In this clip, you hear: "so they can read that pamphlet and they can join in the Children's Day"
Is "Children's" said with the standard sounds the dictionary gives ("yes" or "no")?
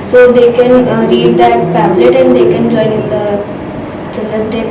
no